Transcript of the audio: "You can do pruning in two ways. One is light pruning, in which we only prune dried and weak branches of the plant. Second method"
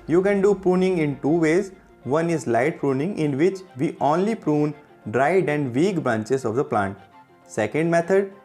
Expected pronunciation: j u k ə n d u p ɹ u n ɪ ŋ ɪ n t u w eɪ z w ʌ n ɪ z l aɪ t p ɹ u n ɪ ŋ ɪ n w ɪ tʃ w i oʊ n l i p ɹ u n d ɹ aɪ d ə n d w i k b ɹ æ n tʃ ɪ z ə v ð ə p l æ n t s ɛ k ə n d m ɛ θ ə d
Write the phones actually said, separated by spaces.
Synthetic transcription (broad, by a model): j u k ə n d u p ɹ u n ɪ ŋ ɪ n t u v eɪ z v ʌ n ɪ z l aɪ t p ɹ u n ɪ ŋ ɪ n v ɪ tʃ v i oʊ n l i p ɹ u n d ɹ aɪ d ə n d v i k b ɹ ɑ n tʃ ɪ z ə v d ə p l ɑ n t s ɛ k ə n d m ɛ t ə d